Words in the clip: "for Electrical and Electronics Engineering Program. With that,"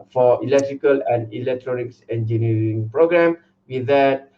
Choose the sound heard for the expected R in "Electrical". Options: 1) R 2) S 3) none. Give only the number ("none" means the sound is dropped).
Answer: 1